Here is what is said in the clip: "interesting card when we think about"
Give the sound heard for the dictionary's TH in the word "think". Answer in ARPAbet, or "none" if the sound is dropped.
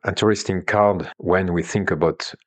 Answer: TH